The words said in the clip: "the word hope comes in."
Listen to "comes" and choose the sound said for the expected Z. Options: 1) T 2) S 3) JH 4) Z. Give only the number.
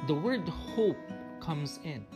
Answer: 4